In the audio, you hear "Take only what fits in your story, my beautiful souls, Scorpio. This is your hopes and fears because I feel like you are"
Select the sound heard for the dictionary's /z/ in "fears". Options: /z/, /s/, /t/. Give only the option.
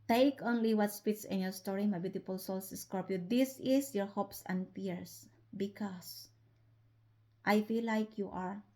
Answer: /s/